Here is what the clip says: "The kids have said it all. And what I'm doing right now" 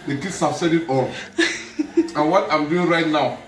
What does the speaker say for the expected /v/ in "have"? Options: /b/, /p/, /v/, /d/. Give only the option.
/b/